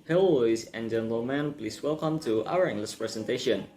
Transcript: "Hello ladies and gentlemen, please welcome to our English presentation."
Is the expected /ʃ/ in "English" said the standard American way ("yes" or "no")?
no